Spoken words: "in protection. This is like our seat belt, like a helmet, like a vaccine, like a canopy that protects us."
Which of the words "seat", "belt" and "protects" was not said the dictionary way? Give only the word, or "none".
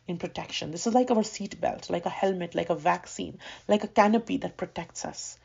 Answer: none